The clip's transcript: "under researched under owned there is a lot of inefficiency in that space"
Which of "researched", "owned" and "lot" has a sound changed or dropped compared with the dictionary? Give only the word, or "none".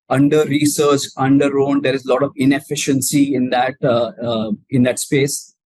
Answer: researched